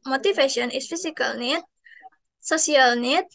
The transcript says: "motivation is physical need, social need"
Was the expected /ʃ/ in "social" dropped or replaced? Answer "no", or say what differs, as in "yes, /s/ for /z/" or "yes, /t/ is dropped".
yes, /s/ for /ʃ/